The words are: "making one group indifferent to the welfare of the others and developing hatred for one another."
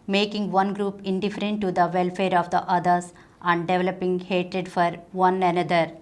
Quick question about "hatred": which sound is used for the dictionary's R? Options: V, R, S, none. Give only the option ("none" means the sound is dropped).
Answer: R